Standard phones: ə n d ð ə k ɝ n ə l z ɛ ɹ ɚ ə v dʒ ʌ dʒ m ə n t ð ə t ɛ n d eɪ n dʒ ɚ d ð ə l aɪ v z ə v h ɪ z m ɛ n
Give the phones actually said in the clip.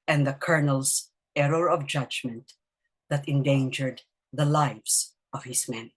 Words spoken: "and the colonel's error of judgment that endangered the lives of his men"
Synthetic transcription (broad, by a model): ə n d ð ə k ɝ n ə l s ɛ ɹ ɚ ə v dʒ ʌ dʒ m ə n t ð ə t ɛ n d eɪ n dʒ ɚ d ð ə l aɪ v s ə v h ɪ s m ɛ n